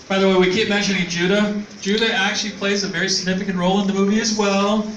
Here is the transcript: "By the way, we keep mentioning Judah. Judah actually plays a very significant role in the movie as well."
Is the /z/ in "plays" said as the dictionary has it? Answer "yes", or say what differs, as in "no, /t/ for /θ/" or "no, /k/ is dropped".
yes